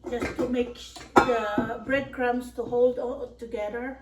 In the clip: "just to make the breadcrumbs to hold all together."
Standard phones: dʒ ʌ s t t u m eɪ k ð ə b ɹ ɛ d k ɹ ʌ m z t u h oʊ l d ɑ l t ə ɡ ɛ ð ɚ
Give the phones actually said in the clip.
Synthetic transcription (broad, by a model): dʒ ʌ s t t u m eɪ k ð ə b ɹ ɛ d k ɹ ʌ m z t u h oʊ l d ɑ l t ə ɡ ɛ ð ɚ